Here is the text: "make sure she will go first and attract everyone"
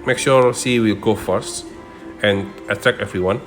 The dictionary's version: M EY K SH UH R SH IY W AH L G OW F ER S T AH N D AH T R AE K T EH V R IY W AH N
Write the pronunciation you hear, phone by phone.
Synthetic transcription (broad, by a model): M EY K SH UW R S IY W AH L G OW F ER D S AH N D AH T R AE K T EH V R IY W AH N